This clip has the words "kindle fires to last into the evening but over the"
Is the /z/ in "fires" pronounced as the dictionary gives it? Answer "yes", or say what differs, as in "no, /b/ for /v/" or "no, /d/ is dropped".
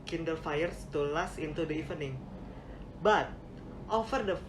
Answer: no, /s/ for /z/